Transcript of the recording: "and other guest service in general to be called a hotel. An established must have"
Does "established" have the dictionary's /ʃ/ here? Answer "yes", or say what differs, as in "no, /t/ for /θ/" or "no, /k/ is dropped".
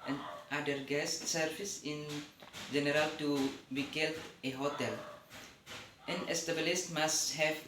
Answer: no, /s/ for /ʃ/